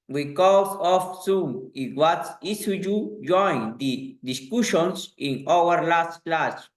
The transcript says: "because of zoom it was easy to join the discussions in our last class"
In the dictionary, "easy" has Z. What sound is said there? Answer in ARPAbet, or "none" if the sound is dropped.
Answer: S